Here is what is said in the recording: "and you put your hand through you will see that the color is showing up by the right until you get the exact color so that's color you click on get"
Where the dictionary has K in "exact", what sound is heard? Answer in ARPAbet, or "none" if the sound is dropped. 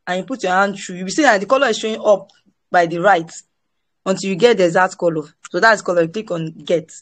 none